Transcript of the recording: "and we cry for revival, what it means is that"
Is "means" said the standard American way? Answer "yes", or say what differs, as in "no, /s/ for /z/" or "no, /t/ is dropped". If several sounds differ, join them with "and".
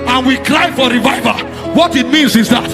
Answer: yes